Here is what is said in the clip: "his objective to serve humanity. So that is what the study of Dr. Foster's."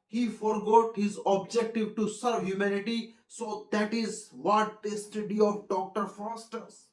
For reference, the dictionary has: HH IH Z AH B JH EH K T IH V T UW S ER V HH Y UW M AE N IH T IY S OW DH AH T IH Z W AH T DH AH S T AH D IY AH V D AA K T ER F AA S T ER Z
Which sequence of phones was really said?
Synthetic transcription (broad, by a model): HH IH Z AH B JH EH K T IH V T UW S ER V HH Y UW M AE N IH T IY S OW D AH T IH Z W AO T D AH S T AH D IY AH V D AA K T ER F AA S T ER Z